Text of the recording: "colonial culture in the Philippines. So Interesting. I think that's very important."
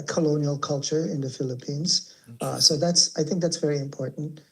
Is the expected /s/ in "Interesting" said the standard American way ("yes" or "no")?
no